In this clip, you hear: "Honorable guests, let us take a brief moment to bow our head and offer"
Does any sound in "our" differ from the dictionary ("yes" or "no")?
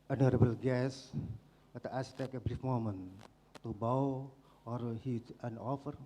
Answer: no